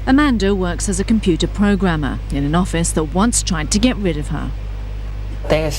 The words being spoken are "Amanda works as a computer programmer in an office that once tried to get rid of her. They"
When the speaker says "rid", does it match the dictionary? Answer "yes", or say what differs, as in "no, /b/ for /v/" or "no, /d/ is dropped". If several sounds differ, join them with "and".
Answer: yes